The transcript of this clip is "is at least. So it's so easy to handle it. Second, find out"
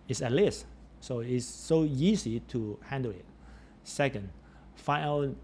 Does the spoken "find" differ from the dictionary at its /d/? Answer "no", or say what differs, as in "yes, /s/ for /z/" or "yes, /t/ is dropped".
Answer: yes, /d/ is dropped